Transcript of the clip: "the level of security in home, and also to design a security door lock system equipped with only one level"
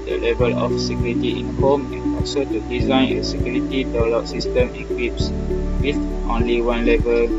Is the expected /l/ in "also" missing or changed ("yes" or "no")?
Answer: yes